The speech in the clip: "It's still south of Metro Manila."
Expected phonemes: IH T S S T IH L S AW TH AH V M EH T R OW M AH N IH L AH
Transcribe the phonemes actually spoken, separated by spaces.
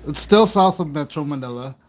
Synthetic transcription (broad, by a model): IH T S S T IH L S AW TH AH V M EH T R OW M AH N IH L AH